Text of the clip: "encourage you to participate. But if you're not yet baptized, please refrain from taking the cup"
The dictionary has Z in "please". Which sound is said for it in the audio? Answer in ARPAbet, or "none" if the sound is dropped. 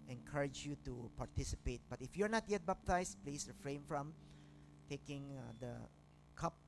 S